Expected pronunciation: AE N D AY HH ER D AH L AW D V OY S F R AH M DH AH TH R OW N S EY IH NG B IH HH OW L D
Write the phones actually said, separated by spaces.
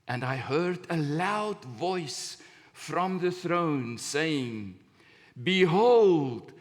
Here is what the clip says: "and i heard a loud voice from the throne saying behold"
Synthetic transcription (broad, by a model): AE N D AY HH ER D AH L AW D V OY S F R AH M DH AH TH R OW N S EY IH NG B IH HH OW L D